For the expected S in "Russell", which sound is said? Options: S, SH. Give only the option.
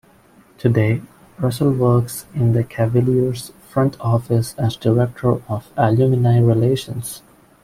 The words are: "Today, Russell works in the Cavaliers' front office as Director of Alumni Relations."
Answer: S